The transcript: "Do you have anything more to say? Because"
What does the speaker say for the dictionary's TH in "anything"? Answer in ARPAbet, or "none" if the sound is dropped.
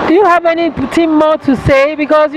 T